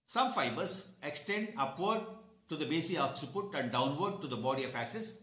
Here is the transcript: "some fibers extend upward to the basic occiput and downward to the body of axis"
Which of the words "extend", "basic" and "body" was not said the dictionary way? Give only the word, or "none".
basic